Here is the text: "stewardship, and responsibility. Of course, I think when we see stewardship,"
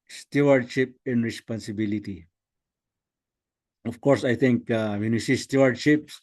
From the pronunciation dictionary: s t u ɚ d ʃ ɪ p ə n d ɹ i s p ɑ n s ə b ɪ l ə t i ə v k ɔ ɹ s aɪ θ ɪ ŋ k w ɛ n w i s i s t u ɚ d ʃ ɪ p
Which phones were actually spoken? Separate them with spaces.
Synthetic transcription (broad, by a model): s t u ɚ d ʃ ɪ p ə n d ɹ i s p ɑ n s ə b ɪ l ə t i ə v k ɔ ɹ s aɪ t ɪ ŋ k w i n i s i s t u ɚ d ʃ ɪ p